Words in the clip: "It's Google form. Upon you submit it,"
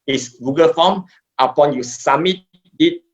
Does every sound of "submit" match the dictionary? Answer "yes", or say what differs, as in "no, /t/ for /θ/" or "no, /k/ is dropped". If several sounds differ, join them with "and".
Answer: no, /b/ is dropped